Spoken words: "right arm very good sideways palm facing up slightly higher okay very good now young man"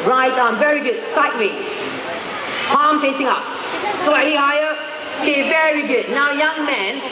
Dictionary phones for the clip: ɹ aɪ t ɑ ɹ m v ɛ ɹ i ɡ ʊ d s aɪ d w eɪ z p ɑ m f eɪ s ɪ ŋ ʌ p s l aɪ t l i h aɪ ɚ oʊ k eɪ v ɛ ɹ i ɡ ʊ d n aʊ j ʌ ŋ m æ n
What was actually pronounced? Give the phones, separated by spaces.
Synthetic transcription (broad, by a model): ɹ aɪ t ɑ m v ɛ ɹ i ɡ ʊ d s aɪ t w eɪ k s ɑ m p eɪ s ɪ ŋ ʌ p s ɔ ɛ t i h aɪ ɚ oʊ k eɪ v ɛ ɹ i ɡ ʊ d n aʊ j ʌ ŋ m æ n